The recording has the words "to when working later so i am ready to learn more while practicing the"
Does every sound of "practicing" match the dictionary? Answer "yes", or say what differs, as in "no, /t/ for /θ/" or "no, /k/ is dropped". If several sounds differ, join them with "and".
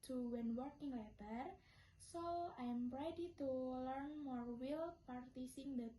no, /ɹ/ is dropped